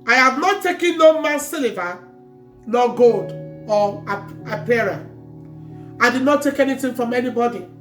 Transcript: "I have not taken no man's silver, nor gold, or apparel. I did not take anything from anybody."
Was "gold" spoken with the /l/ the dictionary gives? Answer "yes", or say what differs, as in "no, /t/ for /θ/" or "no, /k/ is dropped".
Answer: yes